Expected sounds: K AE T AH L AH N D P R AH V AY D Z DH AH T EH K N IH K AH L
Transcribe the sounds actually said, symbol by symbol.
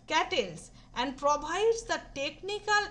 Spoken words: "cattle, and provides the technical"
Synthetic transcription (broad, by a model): K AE T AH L AH N D P R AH B AY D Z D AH T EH K N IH K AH L